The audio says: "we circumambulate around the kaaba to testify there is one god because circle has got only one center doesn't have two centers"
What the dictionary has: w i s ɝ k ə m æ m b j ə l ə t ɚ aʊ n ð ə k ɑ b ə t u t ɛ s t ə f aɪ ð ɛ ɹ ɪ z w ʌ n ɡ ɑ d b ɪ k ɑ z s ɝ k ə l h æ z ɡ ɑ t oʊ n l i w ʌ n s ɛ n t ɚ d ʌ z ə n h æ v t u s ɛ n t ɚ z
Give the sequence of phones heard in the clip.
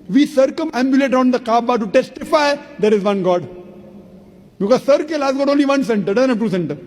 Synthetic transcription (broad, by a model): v i s ɝ k ə m æ m b j ə l ə t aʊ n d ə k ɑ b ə t u t ɛ s t ə f aɪ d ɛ ɹ ɪ z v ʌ n ɡ ɑ d b ɪ k ɑ z s ɝ k ə l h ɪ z ɡ ɑ t oʊ n l i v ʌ n s ɛ n t ɚ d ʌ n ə t u s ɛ n t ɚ